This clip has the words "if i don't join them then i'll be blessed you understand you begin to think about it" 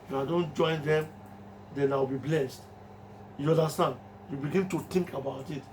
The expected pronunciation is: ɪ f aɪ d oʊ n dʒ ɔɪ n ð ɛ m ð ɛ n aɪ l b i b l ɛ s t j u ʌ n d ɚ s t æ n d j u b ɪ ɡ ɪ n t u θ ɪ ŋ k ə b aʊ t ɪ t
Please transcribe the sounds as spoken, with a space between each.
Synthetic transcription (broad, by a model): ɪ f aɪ d oʊ n dʒ ɔɪ n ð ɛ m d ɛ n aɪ w b i b l ɛ s t j u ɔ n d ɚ s t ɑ n d j u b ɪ ɡ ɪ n t u t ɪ ŋ k ə b aʊ t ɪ t